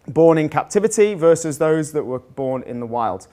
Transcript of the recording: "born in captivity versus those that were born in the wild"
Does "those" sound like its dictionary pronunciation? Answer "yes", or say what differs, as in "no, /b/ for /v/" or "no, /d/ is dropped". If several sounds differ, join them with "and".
yes